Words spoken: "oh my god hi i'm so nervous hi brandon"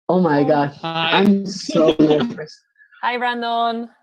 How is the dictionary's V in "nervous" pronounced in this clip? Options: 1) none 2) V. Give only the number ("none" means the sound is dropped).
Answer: 1